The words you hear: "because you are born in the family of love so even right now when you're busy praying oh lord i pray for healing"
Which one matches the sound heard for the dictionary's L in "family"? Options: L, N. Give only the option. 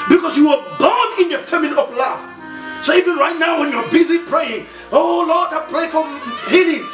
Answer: N